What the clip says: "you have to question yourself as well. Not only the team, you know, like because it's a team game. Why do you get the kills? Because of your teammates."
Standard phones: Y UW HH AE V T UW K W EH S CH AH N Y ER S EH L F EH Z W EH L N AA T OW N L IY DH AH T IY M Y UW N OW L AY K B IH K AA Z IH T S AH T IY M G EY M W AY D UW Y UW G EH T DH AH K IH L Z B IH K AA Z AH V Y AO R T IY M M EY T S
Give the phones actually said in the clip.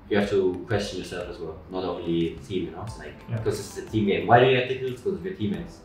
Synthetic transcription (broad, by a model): Y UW HH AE F T UW K W EH S CH AH N Y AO S EH L F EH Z W EH L N AA T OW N L IY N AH T IY M Y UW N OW L AY K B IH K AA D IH S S AH T IY M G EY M W AY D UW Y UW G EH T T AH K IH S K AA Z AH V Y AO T IY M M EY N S